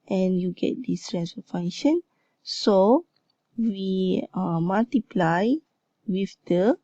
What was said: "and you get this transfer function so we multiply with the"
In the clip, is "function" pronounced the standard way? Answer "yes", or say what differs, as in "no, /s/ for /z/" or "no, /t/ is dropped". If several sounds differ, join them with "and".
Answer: no, /k/ is dropped